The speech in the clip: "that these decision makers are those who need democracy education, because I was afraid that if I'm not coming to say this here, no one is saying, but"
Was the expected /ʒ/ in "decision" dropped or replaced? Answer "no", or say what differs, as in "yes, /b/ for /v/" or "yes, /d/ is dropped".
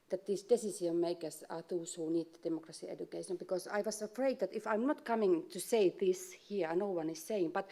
yes, /s/ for /ʒ/